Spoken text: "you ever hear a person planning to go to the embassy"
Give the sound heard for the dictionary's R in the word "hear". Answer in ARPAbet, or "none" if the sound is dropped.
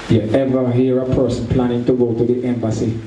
R